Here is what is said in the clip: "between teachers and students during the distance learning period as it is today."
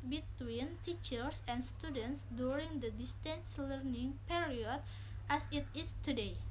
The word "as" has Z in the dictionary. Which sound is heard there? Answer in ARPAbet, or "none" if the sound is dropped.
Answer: S